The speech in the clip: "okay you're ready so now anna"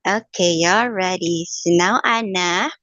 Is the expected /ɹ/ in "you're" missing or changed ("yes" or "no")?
yes